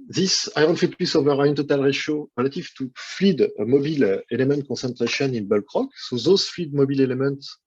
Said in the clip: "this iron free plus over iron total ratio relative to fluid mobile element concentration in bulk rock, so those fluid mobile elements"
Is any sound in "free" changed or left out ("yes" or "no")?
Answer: yes